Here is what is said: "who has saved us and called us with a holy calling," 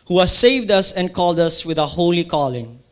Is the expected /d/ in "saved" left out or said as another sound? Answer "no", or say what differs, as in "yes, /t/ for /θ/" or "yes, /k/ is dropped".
no